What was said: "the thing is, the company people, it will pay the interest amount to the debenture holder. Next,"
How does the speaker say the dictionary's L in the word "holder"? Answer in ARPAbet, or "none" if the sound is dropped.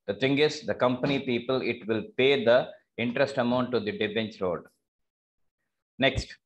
none